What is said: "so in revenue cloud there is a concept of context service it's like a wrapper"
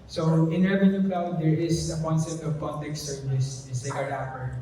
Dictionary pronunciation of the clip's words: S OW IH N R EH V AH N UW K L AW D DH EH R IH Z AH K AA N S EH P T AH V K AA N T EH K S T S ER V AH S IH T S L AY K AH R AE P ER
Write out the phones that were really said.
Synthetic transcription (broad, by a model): S OW IH N R EH V AH N UW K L AW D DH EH R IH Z AH K AA N S EH P T AH V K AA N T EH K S S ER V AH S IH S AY AH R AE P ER